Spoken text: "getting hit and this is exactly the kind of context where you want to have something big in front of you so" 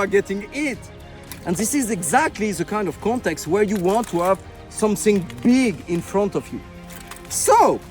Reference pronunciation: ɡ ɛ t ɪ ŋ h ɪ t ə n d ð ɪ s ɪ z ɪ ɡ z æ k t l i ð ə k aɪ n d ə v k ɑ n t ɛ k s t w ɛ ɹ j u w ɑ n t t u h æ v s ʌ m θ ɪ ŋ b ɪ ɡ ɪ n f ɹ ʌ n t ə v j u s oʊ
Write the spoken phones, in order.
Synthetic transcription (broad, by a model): ɡ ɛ t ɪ ŋ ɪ t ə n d ð ɪ s ɪ z ɪ ɡ z æ k t l i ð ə k aɪ n d ə v k ɑ n t ɛ k s t w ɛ ɹ j u w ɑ n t t u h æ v s ʌ m θ ɪ ŋ b ɪ ɡ ɪ n f ɹ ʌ n t ə v j u s oʊ